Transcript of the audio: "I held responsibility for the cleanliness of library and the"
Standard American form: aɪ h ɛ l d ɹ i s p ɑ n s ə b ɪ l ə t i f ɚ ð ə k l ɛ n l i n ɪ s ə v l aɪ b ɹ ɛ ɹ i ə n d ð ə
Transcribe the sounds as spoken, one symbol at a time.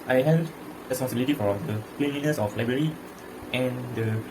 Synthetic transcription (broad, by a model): aɪ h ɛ d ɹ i s p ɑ n s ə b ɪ l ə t i f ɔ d ə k l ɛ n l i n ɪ s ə f l aɪ b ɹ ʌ ɹ i ə n d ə